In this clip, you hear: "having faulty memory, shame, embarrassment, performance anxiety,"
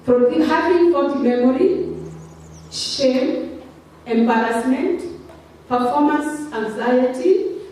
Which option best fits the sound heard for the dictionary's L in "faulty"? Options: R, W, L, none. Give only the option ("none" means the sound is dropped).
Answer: none